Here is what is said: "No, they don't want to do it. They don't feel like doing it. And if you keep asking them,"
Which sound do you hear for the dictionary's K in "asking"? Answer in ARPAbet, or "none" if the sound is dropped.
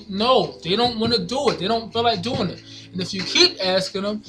K